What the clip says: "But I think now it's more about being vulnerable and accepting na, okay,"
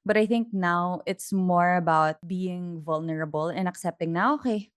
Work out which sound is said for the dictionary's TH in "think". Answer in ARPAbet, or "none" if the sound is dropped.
TH